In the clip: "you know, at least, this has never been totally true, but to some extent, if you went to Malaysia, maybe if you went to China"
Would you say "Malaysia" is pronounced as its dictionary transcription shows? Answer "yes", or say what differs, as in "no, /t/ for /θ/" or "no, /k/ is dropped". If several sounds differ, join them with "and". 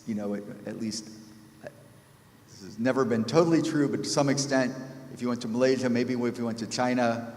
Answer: yes